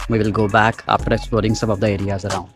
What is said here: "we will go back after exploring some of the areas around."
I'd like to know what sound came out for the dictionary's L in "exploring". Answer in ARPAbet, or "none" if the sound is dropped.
none